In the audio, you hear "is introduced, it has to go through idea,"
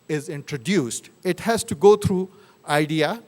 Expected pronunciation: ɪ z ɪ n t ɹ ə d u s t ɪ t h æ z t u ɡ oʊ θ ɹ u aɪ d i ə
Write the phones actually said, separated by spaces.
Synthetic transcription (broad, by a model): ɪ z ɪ n t ɹ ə d u s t ɪ t h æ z t u ɡ oʊ t ɹ u aɪ d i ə